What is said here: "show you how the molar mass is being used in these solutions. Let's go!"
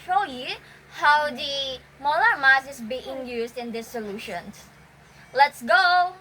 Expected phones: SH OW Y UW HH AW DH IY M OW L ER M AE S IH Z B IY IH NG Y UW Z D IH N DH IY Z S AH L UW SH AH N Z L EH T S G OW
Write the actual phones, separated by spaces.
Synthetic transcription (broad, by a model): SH OW Y UW HH AW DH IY M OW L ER M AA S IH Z B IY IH NG Y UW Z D IH N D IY S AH L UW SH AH N S L EH T S G OW